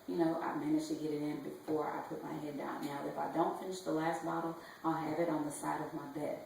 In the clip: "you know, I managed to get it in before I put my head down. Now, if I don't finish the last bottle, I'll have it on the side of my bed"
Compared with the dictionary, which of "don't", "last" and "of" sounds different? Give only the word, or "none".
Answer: none